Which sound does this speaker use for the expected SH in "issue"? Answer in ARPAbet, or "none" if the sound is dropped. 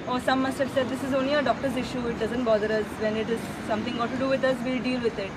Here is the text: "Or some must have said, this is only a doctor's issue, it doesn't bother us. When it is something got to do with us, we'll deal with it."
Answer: SH